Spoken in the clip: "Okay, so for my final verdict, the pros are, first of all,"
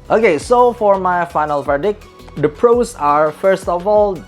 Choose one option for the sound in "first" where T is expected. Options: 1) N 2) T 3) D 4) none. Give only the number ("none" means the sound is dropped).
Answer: 2